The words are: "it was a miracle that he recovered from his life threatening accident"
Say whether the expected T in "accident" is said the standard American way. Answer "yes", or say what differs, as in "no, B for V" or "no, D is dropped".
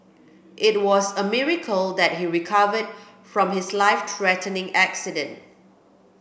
yes